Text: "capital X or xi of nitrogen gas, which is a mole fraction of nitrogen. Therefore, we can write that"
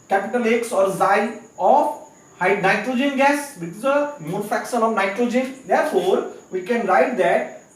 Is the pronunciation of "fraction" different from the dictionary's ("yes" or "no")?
yes